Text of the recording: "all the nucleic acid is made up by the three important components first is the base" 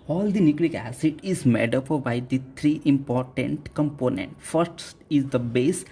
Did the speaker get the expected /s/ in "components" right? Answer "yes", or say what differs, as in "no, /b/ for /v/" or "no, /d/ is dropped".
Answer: no, /s/ is dropped